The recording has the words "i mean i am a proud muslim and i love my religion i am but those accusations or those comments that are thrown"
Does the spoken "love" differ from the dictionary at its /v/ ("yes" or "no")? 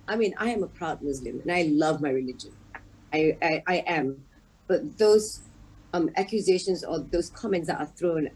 no